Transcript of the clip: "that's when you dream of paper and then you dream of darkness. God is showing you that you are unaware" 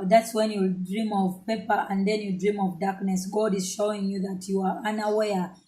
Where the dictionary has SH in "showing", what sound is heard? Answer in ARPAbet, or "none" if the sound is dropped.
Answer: SH